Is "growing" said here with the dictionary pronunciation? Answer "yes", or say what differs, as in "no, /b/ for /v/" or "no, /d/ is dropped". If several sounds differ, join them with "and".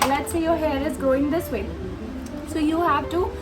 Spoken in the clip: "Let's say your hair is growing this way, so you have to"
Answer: no, /ɹ/ is dropped